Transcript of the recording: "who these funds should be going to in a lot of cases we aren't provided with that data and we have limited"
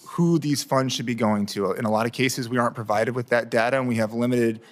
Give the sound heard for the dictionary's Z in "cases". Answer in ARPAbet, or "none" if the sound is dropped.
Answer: Z